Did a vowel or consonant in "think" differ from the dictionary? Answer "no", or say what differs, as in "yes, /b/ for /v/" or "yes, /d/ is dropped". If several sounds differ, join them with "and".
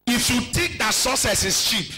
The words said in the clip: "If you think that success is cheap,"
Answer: yes, /t/ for /θ/ and /ŋ/ is dropped